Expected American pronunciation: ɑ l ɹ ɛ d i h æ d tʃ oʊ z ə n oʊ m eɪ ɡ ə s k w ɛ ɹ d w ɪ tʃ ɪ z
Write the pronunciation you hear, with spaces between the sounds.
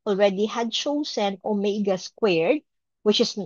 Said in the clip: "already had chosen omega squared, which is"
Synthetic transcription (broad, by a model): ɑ l ɹ ɛ d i h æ d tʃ oʊ s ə n oʊ m eɪ ɡ ə s k w ɛ ɹ d w ɪ tʃ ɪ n